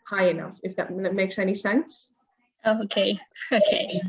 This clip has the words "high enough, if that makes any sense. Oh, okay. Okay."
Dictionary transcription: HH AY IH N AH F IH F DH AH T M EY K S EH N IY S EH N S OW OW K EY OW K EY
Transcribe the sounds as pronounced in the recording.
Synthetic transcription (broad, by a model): HH AY IH N AH F IH F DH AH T M EY K S EH N IY S EH N S OW OW K EY OW K EY